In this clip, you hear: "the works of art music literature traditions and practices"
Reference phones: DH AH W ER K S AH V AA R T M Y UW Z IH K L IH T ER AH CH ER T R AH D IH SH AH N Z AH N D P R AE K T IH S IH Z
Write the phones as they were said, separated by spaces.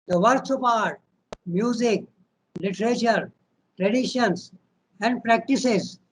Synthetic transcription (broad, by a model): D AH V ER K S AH P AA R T M Y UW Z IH K L IH T ER AH CH ER T R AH D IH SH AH N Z AH N D P R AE K T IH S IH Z